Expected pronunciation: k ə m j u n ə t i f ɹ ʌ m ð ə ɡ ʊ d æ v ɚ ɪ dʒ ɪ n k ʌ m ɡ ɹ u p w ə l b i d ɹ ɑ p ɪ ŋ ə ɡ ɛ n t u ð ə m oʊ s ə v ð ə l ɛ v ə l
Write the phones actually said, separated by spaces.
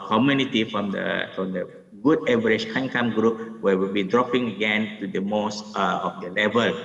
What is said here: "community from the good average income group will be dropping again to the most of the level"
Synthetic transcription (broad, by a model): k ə m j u n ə t i f ɹ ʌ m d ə ɡ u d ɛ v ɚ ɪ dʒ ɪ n k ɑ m ɡ ɹ u p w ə w b i d ɹ ɑ p ɪ ŋ ə ɡ ɛ n t u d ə m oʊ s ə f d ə l ɛ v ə l